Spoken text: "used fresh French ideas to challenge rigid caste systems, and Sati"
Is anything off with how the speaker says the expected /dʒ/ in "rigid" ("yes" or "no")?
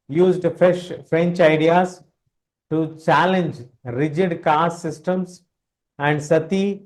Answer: no